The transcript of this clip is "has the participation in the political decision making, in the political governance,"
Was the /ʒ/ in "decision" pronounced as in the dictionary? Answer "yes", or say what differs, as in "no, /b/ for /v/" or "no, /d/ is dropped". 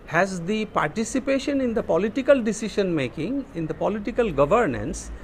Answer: no, /ʃ/ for /ʒ/